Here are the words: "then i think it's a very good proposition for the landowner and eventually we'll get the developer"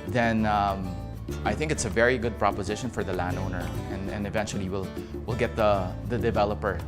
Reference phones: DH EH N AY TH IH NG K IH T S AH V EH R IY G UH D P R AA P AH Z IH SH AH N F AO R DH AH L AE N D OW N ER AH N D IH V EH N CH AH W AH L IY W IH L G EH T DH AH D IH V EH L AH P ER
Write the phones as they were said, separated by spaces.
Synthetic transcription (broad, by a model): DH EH N AY TH IH NG K IH T S AH V EH R IY G UH D P R AA P AH Z IH SH AH N F AO R DH AH L AE N D OW N ER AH N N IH V EH N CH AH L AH W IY W IH L G EH T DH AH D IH V EH L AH P ER